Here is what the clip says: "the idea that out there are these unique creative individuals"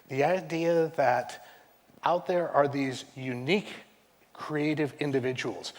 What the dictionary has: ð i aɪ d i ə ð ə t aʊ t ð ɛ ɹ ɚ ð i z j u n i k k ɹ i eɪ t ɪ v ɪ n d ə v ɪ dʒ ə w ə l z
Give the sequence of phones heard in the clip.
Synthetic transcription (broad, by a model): ð i aɪ d i ə ð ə t aʊ t ð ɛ ɹ ɚ ð i z j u n i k k ɹ i eɪ t ɪ v ɪ n d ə v ɪ dʒ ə w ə l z